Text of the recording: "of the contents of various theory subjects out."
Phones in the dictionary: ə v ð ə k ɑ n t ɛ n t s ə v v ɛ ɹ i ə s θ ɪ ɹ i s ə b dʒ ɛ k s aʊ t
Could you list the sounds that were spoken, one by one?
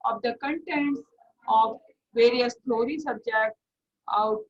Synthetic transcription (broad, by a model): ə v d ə k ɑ n t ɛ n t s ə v v ɛ ɹ i ə s t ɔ ɹ i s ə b dʒ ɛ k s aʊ t